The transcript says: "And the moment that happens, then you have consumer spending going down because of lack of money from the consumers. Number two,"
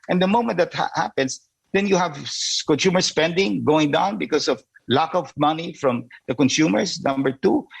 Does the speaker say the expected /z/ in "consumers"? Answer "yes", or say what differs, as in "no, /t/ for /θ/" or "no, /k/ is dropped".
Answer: no, /s/ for /z/